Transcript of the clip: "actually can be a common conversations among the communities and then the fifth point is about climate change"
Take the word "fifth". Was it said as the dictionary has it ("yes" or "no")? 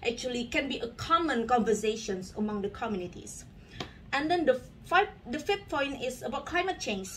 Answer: no